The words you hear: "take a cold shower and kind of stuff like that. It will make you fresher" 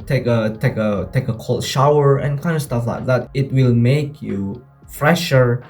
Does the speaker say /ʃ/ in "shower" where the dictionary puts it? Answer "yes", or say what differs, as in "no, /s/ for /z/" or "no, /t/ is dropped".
yes